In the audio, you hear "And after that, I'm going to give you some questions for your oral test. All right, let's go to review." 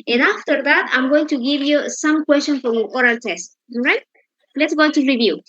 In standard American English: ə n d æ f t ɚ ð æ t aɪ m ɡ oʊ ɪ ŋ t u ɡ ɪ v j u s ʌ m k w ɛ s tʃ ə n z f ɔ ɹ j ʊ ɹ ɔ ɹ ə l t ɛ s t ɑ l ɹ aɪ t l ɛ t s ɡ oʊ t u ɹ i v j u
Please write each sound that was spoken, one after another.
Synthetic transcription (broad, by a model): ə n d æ f t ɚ ð æ t aɪ m ɡ oʊ ɪ ŋ t u ɡ ɪ v j u s ʌ m k w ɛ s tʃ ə n f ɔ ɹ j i ɔ ɹ ə l t ɛ s t ɹ aɪ t l ɛ t s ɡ oʊ t u ɹ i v j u